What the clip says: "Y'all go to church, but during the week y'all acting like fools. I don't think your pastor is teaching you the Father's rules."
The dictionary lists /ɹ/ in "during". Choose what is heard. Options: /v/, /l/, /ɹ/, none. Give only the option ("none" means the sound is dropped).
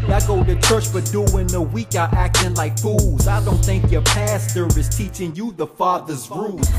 none